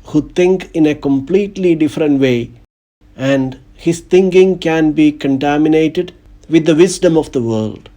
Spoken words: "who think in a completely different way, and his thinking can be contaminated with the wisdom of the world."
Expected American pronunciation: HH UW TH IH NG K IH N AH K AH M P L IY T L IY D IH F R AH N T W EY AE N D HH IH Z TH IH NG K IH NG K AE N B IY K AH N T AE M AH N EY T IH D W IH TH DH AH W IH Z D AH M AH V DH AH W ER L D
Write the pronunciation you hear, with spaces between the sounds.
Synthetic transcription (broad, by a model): HH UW T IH NG K IH N AH K AH M P L IY T L IY D IH F R AH N T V EY AE N D HH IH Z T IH NG K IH NG K AE N B IY K AH N T AE M AH N EY T IH D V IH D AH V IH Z D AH M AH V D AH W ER L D